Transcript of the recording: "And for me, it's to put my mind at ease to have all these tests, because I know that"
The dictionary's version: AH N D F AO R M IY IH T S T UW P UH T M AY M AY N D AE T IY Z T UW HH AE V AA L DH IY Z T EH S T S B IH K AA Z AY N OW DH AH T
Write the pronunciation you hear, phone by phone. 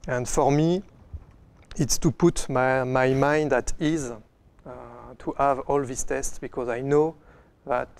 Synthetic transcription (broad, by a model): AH N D F AO R M IY IH T S T UW P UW T M AY M AY N D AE T IY Z T UW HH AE V AA L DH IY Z T EH S T S B IH K AA Z AY N OW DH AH T